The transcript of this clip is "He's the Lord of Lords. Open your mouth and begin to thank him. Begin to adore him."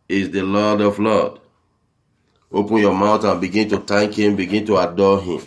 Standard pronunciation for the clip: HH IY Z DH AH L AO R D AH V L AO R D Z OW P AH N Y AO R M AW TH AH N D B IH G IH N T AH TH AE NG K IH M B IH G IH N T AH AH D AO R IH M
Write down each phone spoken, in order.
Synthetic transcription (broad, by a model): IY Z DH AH L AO D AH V L AO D OW P AH N Y AO M AW T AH N B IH G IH N T AH T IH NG K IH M B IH G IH N T AH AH D AO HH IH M